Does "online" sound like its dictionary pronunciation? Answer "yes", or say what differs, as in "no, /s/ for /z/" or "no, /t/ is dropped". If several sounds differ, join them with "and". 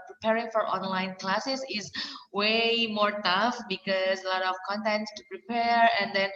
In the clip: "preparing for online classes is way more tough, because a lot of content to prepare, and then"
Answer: yes